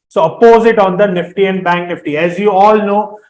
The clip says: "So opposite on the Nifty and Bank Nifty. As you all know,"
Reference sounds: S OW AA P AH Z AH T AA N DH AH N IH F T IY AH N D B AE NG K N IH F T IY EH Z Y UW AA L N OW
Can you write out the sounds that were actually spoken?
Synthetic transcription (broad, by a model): S OW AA P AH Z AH T AA N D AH N IH F T IY AH N D B AE NG K N IH F T IY EH Z Y UW AA L N OW